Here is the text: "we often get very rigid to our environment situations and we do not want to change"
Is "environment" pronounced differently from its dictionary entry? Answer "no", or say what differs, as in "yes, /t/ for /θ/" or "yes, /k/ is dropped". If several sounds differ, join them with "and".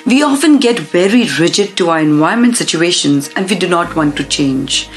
yes, /ɹ/ is dropped